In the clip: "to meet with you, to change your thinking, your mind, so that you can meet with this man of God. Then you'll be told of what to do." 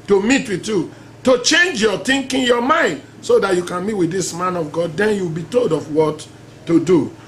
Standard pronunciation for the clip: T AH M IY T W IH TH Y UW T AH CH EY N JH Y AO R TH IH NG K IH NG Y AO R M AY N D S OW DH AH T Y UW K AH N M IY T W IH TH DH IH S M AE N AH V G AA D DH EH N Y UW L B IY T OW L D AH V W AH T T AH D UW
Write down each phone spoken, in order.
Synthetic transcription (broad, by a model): T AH M IY T W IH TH Y UW T AH CH EY N JH Y AO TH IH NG K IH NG Y AO M AY N D S OW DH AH T Y UW K AH N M IY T W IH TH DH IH S M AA N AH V G AA D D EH N Y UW W B IY T OW L D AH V W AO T T AH D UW